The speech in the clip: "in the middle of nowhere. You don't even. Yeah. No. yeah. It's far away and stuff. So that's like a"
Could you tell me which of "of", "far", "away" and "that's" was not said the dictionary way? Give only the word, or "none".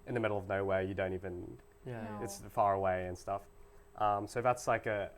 none